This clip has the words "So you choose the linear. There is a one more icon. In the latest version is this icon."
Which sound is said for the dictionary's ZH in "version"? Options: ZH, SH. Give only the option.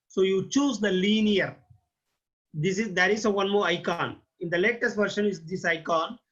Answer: SH